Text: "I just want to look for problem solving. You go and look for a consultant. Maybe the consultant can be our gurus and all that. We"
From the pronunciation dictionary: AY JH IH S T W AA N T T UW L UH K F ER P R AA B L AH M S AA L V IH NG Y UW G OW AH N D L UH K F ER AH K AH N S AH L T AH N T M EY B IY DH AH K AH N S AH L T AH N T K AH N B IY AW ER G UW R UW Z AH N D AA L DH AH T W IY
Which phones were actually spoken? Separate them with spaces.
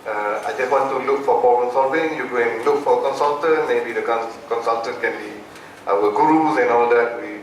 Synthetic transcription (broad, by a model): AY JH IH S T W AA N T T UW L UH K F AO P AA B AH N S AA V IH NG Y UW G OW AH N L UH K F AH K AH N S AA L T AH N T M EY B IY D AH K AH N S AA L T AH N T K AH N B IY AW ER G UW R UW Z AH N AA L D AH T W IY